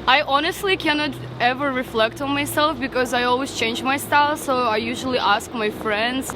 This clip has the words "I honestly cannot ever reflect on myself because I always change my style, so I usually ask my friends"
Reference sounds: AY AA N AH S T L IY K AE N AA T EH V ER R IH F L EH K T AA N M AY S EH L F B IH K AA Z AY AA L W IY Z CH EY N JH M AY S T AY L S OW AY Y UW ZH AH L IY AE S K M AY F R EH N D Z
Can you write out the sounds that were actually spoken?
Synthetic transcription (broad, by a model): AY AA N AH S T L IY K AE N AA T EH V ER R IH F L EH K T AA N M AY S EH L F B IH K AA Z AY AA L W IY Z CH EY N JH M AY S T AY L S OW AY Y UW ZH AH L IY AE S K M AY F R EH N D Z